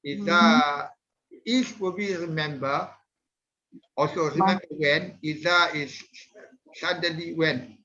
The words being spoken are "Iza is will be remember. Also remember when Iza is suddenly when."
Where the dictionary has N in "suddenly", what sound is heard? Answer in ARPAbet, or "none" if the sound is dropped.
none